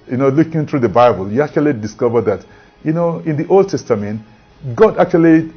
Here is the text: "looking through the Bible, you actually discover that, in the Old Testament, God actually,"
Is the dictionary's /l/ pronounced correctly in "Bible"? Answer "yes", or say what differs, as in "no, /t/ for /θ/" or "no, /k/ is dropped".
yes